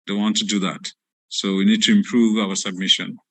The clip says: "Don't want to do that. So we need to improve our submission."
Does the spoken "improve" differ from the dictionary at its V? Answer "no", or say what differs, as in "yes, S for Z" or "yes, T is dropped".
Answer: no